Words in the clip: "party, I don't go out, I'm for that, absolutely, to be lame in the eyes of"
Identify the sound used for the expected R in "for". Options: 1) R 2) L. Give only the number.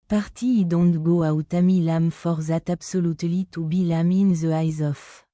1